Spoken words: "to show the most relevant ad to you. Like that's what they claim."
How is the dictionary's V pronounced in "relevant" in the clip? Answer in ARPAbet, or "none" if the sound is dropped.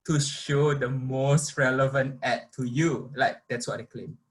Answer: V